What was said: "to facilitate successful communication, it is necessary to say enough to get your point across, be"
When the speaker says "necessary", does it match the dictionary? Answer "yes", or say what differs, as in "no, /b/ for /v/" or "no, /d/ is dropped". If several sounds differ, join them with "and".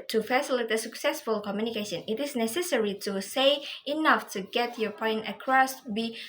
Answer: yes